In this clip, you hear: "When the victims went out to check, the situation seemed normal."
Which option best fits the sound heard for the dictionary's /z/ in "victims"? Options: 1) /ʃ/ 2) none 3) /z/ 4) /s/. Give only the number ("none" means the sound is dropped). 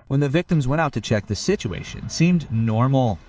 3